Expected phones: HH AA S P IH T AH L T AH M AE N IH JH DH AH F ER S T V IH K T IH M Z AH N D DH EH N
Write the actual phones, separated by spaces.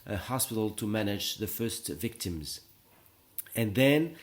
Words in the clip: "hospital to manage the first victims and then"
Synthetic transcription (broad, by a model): HH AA S P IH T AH L T AH M AE N IH JH DH AH F ER S T V IH K T IH M Z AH N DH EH N